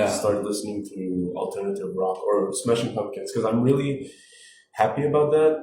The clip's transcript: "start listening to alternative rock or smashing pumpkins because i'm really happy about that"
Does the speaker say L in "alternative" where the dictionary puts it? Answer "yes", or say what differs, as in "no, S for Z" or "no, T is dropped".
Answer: yes